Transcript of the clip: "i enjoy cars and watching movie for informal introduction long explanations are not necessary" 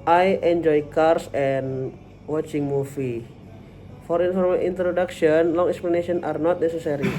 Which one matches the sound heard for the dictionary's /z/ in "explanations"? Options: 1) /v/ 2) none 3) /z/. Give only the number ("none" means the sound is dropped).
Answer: 2